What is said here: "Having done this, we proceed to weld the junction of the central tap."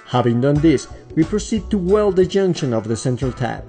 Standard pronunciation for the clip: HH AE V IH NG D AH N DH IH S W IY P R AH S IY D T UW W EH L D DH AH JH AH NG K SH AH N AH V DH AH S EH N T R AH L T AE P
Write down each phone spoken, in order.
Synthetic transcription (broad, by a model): HH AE V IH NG D AH N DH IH S W IY P R AH S IY D T UW W EH L D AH JH AH NG K SH AH N AH V DH AH S EH N T R AH L T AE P